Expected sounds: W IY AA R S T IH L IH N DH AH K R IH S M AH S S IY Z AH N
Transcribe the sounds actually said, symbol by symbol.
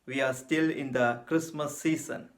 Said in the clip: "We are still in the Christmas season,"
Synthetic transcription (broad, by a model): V IY AA R S T IH L IH N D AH K R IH S M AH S S IY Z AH N